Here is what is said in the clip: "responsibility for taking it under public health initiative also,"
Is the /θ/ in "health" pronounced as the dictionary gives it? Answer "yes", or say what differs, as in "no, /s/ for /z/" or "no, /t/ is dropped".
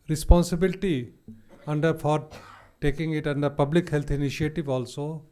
no, /t/ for /θ/